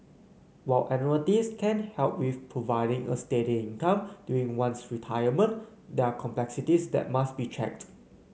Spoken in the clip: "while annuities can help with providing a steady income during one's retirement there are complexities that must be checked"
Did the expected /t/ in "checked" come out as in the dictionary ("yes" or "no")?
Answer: yes